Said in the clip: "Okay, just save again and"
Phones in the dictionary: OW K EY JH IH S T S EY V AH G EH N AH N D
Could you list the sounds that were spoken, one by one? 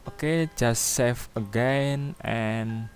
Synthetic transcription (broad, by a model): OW K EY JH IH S S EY F AH G EH N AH N